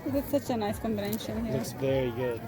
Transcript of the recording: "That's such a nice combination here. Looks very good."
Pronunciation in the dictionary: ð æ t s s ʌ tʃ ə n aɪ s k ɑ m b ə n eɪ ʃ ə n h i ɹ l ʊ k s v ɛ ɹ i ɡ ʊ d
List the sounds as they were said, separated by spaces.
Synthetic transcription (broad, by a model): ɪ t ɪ s ʌ tʃ ə n aɪ s k ɑ m b ə n eɪ ʃ ə n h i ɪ s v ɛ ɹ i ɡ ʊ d